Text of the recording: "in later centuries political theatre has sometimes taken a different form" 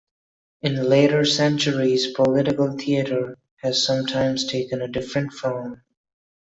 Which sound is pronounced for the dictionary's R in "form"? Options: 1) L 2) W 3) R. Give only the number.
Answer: 1